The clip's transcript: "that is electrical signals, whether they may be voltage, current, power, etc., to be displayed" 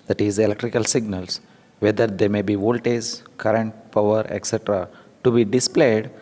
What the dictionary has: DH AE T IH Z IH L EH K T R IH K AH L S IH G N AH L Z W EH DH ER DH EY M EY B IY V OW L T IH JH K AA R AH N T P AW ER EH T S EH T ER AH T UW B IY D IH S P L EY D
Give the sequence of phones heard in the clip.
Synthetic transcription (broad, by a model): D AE T IH Z IH L EH K T R IH K AH L S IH G N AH L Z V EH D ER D EY M EY B IY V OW L T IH Z K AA R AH N T P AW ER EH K S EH T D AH T UW B IY D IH S P L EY D